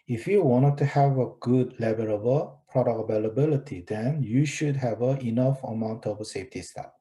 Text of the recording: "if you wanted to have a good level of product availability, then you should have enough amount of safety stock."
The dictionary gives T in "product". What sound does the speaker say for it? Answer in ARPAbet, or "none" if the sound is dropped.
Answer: none